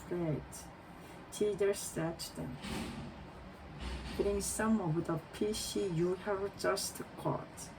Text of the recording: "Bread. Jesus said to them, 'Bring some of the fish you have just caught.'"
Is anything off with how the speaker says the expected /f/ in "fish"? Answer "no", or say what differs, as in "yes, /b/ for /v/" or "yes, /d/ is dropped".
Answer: yes, /p/ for /f/